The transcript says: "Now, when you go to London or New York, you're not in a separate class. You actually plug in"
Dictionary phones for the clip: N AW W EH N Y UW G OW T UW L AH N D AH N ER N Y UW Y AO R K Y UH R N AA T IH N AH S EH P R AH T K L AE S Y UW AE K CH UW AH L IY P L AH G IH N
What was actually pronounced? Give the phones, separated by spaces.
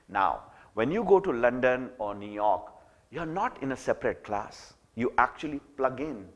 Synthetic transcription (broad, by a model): N AW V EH N Y UW G OW T UW L AH N D AH N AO N Y UW Y AO R K Y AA R N AA T IH N AH S EH P R AH T K L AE S Y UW AE K CH UW AH L IY P L AH G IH N